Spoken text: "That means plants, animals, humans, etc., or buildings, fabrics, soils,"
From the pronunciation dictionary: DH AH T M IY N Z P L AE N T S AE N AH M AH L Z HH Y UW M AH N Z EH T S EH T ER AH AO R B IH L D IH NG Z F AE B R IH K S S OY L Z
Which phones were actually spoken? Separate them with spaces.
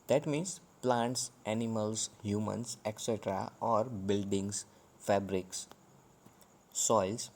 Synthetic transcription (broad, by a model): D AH T M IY N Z P L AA N T S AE N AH M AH L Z HH Y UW M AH N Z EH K S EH T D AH AO R B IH L D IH NG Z F AE B R IH K S S OY L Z